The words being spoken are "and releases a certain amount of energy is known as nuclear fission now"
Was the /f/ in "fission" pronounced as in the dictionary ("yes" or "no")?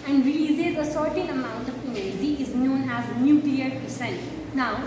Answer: no